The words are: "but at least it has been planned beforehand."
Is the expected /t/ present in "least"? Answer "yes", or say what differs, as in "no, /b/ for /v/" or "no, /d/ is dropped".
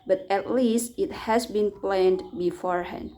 yes